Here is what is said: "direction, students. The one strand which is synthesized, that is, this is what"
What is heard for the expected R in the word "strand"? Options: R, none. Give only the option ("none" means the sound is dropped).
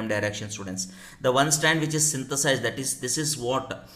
none